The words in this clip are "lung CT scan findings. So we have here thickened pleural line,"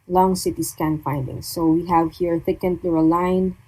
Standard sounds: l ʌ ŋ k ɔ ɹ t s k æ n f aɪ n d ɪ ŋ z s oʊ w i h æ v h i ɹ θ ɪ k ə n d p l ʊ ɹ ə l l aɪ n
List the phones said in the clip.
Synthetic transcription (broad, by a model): l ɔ ŋ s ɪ t s k æ n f aɪ n d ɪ ŋ s oʊ w i h æ v h i ɹ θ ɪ k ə n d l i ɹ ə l l aɪ n